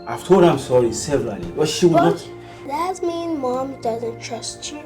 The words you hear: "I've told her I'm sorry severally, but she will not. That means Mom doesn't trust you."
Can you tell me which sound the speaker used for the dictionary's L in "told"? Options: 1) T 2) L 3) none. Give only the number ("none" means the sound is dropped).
3